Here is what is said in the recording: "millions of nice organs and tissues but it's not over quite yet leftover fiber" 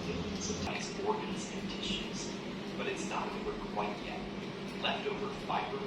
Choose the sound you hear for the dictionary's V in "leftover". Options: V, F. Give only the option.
V